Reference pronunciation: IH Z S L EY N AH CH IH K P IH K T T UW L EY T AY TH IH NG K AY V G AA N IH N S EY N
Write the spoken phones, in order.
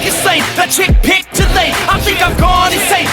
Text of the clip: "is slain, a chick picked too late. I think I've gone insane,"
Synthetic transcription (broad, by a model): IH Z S EY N AH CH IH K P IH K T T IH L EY AY TH IH NG K AY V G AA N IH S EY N